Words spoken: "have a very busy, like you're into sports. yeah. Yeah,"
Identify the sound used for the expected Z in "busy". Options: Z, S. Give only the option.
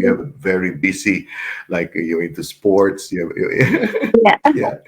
S